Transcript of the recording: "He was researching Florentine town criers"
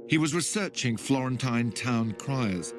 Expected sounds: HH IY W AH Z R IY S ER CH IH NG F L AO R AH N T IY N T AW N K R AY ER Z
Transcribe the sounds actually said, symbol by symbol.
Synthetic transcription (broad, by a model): HH IY W AH Z R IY S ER CH IH NG F L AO R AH N T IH N T AW N K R AY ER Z